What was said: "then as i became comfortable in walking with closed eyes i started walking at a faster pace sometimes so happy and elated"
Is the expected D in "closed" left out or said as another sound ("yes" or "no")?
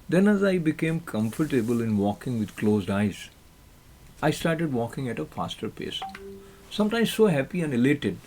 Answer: no